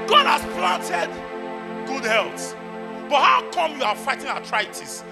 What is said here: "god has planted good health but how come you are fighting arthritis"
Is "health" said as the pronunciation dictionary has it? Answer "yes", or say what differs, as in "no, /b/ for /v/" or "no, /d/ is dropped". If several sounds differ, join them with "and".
no, /s/ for /θ/